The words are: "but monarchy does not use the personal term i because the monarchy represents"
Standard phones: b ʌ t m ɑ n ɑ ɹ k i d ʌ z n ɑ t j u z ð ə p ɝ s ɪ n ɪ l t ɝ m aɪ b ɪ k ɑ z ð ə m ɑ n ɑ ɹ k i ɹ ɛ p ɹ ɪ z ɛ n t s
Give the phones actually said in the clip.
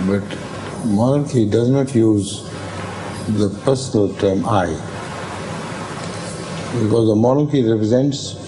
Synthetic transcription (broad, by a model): b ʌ t m ɑ n ɑ ɹ k i d ʌ z n ɑ t j u z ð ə p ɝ s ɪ n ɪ l t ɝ m aɪ b ɪ k ɑ z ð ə m ɑ n ɑ ɹ k i ɹ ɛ p ɹ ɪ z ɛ n t s